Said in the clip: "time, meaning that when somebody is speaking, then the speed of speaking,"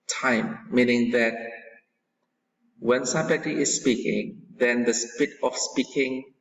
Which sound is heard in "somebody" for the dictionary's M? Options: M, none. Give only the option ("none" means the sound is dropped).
none